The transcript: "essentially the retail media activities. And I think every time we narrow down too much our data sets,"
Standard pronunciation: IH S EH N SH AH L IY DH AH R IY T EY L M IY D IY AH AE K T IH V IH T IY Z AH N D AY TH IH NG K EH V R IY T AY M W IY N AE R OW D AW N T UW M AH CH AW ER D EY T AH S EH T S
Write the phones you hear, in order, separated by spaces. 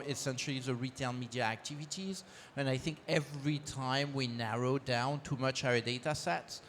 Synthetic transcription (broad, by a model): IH S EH N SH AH L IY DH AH R IY T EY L M IY D IY AH AE K T IH V IH T IY Z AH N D AY TH IH NG K EH V R IY T AY M W IY N AE R OW D AW N T UW M AH CH AW ER D EY T AH S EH T S